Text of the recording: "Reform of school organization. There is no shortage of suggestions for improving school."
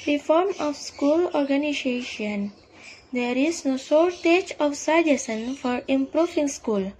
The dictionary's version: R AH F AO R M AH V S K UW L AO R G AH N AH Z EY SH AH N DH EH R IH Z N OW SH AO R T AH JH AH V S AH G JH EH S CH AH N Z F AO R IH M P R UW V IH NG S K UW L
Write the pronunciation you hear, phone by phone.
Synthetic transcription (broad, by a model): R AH F AO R M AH F S K UW L AO R G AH N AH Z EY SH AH N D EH R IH S N OW S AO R T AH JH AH F S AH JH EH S AH N F AO R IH M P R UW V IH NG S K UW L